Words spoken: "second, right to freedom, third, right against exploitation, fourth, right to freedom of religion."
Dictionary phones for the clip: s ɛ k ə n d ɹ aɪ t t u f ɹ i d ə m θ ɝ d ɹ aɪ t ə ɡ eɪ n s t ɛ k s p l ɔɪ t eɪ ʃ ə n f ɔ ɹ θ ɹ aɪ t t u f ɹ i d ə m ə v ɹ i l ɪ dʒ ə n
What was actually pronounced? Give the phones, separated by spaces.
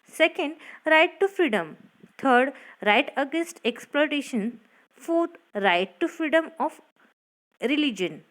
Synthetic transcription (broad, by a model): s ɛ k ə n d ɹ aɪ t t u f ɹ i d ə m t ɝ d ɹ aɪ t ə ɡ eɪ n s t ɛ k s p l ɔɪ t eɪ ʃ ə n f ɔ ɹ t ɹ aɪ t t u f ɹ i d ə m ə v ɹ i l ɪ dʒ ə n